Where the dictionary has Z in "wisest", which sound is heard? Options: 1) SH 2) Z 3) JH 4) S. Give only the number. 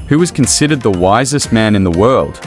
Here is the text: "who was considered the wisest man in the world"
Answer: 2